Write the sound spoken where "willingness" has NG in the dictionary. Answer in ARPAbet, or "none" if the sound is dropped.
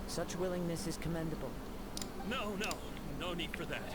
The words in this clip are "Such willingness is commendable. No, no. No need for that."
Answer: NG